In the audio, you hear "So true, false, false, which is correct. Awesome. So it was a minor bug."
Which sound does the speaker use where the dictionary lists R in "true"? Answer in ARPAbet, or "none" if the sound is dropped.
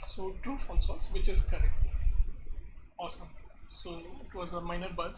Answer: none